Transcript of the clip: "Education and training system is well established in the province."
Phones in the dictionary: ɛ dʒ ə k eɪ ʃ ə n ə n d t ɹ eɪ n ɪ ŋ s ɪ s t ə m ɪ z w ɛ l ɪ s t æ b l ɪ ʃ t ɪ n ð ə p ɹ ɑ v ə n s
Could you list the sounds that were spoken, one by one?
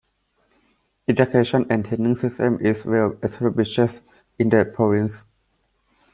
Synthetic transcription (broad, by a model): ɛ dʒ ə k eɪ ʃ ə n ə n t eɪ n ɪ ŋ s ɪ s t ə m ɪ s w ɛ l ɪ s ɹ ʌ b ɪ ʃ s ɪ n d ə p ɹ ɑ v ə n s